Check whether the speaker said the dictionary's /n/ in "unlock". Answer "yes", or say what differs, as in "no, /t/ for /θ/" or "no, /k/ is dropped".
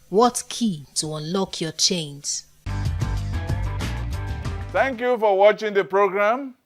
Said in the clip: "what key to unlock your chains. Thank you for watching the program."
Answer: yes